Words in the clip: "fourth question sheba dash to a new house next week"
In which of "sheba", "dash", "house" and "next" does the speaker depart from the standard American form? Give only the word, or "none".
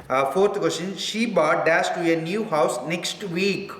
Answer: dash